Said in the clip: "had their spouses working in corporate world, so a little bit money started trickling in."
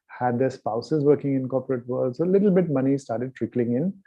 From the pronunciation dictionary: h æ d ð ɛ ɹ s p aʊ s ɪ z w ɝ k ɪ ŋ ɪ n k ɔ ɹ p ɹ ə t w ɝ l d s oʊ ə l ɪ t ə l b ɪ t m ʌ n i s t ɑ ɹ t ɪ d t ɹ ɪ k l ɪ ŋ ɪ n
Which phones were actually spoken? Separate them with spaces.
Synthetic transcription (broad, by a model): h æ d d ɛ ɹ s p aʊ s ɪ z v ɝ k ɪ ŋ ɪ n k ɔ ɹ p ɹ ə t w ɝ l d s oʊ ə l ɪ t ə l b ɪ t m ʌ n i s t ɑ ɹ t ɪ d t ɹ ɪ k l ɪ ŋ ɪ n